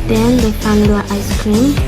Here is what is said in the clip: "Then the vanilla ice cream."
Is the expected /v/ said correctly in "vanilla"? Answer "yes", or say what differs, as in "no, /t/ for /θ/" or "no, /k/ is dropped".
no, /f/ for /v/